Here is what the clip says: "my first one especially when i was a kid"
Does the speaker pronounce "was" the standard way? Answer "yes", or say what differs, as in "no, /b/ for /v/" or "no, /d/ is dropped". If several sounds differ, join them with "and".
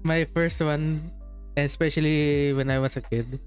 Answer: no, /s/ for /z/